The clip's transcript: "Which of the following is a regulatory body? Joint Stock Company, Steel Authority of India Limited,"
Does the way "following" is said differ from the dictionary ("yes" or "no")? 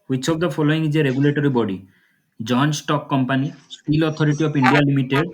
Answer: yes